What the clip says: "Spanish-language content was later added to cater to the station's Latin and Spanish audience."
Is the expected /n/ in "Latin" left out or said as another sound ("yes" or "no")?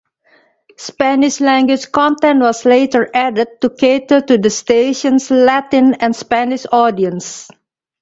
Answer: no